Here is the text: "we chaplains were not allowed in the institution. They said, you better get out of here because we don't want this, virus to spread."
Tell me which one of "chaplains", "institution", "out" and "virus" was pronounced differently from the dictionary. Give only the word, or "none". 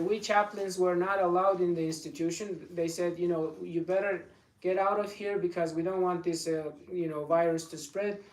none